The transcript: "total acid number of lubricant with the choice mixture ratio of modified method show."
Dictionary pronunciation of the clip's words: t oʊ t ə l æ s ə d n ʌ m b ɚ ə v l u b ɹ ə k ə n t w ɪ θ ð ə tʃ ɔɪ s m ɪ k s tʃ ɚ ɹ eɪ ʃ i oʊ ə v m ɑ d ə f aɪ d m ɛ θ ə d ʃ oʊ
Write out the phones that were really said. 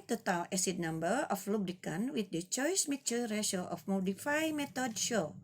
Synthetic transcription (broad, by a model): t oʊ t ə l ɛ s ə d n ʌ m b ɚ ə f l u b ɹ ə k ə n w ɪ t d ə tʃ ɔɪ s m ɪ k tʃ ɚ ɹ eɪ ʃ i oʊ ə f m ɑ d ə f aɪ m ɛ t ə d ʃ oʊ